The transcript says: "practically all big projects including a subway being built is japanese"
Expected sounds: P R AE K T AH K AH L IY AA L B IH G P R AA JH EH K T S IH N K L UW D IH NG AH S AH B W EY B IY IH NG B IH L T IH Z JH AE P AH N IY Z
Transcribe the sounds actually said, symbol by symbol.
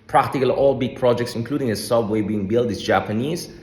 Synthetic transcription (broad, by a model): P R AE K T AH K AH L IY AA L B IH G P R AA JH EH K T S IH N K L UW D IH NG AH S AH W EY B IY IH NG B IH L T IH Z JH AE P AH N IY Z